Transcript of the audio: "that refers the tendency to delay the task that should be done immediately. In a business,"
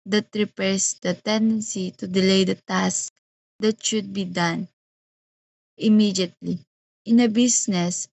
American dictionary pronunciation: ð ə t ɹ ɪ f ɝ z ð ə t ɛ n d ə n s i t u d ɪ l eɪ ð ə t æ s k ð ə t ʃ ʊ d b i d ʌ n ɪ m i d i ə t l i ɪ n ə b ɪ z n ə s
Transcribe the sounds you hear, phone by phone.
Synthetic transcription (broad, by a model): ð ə t ɹ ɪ p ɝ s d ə t ɛ n d ə n s i t u d ɪ l eɪ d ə t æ s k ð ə t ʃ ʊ d b i d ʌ n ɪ m i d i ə t l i ɪ n ə b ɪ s n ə s